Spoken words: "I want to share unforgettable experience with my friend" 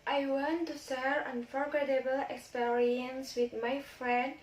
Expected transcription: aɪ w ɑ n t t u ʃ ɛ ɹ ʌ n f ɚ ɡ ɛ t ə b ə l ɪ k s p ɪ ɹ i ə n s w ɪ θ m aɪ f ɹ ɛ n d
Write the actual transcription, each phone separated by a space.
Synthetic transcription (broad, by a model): aɪ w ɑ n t t u s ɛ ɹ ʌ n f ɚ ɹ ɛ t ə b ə l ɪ k s p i ɹ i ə n s w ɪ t m aɪ f ɹ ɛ n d